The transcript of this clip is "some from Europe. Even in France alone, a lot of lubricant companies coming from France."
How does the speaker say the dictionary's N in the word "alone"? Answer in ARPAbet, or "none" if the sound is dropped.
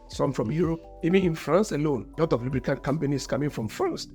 N